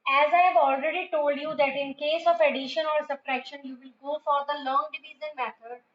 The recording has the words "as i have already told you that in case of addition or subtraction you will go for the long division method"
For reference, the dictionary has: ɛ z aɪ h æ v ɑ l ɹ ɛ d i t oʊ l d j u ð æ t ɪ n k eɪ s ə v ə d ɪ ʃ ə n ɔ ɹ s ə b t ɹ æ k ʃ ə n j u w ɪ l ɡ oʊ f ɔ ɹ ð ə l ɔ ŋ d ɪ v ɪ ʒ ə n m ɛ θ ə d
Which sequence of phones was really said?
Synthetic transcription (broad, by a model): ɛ z aɪ h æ v ɑ l ɹ ɛ d i t oʊ l d j u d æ t ɪ n k eɪ s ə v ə d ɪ ʃ ə n ɔ ɹ s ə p t ɹ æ k ʃ ə n j u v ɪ l ɡ oʊ f ɔ ɹ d ə l ɔ ŋ d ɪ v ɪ z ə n m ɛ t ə d